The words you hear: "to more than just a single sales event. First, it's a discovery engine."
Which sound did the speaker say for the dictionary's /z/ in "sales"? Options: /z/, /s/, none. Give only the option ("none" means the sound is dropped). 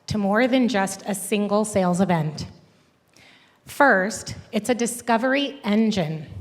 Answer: /z/